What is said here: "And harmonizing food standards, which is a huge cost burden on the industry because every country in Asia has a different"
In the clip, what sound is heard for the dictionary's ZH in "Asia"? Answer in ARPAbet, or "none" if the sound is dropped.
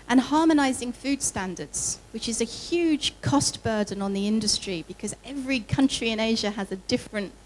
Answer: ZH